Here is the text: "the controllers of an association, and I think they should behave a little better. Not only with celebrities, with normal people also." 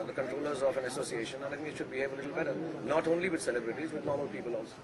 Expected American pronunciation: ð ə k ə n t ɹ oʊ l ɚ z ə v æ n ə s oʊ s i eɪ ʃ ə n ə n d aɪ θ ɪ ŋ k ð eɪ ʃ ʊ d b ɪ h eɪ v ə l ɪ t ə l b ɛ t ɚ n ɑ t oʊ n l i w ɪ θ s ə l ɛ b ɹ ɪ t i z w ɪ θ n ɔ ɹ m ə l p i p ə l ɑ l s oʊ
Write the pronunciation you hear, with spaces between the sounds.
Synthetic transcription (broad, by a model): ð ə k ə n t ɹ oʊ l ɚ z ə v æ n ə s oʊ s i eɪ ʃ ə n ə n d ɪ t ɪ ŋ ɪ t ʃ ʊ d b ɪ h eɪ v ə l ɪ t l b ɛ t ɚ n ɑ t oʊ n l i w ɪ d s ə l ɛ b ɹ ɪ t i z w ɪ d n ɔ ɹ m ə l p i p ə l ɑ l s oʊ